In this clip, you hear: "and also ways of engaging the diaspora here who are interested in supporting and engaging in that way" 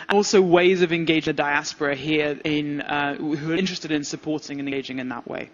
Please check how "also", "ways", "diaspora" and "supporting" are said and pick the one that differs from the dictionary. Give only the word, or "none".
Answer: none